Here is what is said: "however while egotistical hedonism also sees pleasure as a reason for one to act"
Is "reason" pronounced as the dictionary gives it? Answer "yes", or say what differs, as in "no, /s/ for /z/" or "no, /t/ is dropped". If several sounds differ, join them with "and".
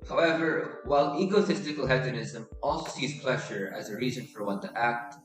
yes